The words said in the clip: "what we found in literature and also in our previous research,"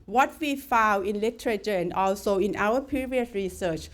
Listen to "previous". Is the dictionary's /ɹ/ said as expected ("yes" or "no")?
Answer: no